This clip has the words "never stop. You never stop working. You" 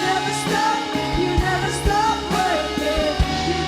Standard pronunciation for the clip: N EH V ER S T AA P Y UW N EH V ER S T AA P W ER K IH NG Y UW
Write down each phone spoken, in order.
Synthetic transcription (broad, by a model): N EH V ER S T AA P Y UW N EH V ER S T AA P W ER IH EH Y